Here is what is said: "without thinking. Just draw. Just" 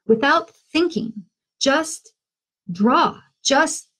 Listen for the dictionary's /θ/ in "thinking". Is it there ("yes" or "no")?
yes